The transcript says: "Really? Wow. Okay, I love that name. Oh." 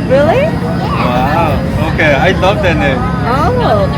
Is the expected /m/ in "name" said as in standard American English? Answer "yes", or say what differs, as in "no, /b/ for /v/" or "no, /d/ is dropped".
no, /m/ is dropped